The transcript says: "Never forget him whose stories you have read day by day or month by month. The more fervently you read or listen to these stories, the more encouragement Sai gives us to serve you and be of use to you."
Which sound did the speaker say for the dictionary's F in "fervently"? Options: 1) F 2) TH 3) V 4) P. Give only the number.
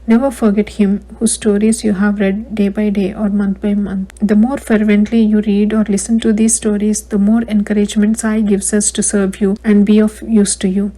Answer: 1